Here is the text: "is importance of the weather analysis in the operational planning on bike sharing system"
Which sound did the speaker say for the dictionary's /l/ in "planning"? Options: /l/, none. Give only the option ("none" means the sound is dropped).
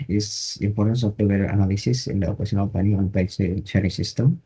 none